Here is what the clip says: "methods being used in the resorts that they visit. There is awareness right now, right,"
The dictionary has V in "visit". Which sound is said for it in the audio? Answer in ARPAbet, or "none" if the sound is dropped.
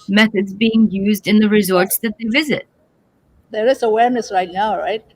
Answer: V